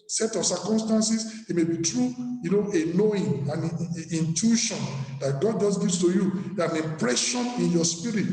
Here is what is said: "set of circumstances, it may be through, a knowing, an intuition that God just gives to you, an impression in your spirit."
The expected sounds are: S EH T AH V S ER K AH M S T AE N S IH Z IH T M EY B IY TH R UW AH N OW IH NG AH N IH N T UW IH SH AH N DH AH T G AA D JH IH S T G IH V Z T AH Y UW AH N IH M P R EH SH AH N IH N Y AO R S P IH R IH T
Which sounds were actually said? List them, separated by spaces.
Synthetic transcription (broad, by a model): S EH T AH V S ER K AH M S T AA N S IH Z IH T M EY B IY T R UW AH N OW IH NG AH N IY N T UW SH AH N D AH T G AA D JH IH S G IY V S T AH Y UW AH N IH M P R EH SH AH N IH N Y AO S P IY R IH T